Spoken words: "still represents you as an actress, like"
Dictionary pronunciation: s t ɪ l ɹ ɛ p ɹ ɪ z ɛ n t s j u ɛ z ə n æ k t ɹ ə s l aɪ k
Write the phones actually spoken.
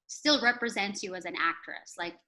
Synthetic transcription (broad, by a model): s t ɪ l ɹ ɛ p ɹ ɪ z ɛ n t s j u z ə n æ k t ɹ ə s l aɪ k